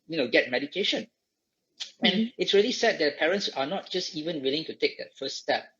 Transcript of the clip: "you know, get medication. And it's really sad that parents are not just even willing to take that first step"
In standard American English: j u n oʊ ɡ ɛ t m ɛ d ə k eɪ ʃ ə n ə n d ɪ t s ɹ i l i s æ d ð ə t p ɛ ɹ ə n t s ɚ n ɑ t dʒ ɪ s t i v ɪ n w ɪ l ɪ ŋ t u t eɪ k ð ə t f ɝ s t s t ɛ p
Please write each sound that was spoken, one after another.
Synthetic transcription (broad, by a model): j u n oʊ ɡ ɛ t m ɛ d ə k eɪ ʃ ə n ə n ɪ t s ɹ i l i s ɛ d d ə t p ɛ ɹ ə n t s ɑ n ɑ t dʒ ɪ s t i v ɪ n w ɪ l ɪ ŋ t u t eɪ k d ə t f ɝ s s t ɛ p